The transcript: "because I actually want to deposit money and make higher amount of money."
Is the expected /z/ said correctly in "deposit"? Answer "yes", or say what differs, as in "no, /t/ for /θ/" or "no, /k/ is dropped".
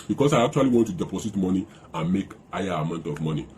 no, /s/ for /z/